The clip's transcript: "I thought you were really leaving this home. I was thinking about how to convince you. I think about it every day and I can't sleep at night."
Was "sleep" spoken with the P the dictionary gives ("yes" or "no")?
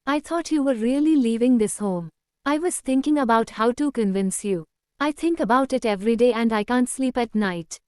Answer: yes